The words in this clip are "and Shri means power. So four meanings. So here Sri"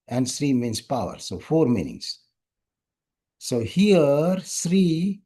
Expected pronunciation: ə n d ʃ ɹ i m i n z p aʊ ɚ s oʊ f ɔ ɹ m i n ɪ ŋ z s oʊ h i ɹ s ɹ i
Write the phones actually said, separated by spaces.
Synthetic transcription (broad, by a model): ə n d s ɹ i m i n s p aʊ ɚ s oʊ f ɔ ɹ m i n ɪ ŋ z s oʊ h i ɹ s ɹ i